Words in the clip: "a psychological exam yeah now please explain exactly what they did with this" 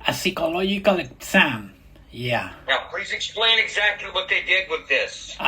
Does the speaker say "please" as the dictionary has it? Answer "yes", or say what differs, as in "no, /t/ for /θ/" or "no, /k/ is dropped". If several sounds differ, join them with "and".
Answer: yes